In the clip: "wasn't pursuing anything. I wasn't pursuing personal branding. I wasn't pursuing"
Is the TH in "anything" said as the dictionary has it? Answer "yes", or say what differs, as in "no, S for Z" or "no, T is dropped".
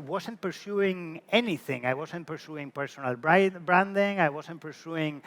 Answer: yes